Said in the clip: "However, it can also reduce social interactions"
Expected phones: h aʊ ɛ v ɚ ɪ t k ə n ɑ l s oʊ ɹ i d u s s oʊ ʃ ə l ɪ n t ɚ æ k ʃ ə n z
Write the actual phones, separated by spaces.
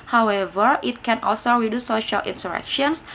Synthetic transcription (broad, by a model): h aʊ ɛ v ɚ ɪ t k ə n ɑ l s oʊ ɹ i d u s s oʊ ʃ ə l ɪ n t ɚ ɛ k ʃ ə n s